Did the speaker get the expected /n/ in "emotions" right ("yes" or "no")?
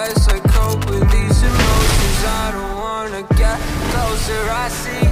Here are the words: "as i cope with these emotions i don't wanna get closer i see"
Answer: no